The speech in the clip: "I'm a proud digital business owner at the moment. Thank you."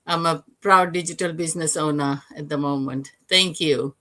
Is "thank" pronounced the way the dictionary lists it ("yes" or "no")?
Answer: no